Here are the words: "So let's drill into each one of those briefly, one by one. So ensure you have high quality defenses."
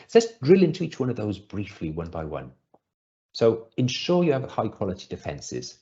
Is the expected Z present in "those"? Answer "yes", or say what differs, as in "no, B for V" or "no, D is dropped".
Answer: yes